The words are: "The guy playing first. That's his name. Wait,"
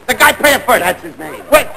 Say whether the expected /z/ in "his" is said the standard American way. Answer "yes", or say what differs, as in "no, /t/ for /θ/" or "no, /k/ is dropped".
yes